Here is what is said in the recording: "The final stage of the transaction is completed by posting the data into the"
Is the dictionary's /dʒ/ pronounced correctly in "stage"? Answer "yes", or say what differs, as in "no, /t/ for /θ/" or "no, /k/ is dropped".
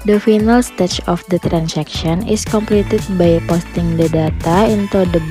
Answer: no, /tʃ/ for /dʒ/